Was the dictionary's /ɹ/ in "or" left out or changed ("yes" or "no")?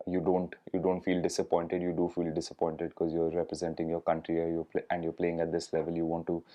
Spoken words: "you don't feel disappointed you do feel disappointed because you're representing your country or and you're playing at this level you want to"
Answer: yes